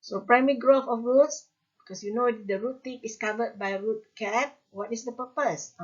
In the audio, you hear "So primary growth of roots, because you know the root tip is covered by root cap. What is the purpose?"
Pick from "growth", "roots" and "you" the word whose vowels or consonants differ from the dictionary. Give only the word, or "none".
growth